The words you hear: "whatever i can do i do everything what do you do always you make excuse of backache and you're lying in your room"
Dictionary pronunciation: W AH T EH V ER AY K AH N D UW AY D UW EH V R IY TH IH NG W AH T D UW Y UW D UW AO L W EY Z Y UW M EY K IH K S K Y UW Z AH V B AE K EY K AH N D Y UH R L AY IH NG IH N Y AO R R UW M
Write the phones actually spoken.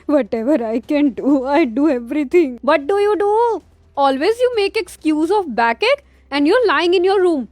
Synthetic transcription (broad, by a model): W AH T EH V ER AY K AH N D UW AY D UW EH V R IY T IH NG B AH T D UW Y UW D UW AO L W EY Z Y UW M EY K IH K S K Y UW Z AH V B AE K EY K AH N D Y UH R L AY IH NG IH N Y AO R R UW M